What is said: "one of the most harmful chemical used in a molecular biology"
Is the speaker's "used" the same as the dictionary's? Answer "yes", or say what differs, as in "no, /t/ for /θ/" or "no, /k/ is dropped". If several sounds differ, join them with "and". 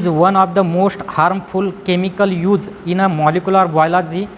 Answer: no, /d/ is dropped